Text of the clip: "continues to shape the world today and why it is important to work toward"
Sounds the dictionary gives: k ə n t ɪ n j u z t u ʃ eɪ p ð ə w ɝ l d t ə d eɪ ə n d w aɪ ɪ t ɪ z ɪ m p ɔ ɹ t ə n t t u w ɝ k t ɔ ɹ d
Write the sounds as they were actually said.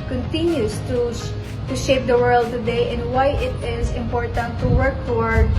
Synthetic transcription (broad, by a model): k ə n t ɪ n j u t t u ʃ eɪ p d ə w ɝ l d t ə d eɪ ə n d w aɪ ɪ t ɪ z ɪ m p ɔ ɹ t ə n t t u w ɝ k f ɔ ɹ